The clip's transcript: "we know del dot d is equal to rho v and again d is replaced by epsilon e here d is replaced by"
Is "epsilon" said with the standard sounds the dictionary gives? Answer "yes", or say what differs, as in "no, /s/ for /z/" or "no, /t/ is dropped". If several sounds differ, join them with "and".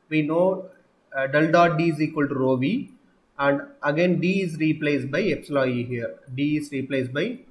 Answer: no, /n/ is dropped